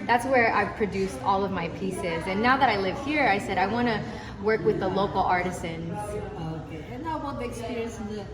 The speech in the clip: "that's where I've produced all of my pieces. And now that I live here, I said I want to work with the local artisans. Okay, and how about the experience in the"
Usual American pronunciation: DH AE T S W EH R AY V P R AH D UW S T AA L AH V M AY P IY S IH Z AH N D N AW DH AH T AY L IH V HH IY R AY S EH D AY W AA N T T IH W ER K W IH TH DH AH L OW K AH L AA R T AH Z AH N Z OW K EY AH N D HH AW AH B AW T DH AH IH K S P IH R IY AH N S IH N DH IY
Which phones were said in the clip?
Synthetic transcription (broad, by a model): DH AE T S W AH R AY V P R AH D UW S T AA L AH V M AY P IY S IH Z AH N N AW DH AH T AY L IH V HH IY R AY S EH D AY W AA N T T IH W ER K W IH DH AH L OW K L AA R T AH Z AH N Z OW K EY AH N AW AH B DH IH K S P IH R IY AH N S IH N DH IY